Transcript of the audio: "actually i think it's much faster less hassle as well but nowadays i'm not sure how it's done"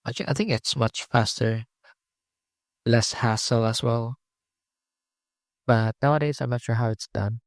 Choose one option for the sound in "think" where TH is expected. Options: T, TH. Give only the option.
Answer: TH